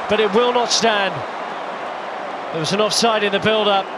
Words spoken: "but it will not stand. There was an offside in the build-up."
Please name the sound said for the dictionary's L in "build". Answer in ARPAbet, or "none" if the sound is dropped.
L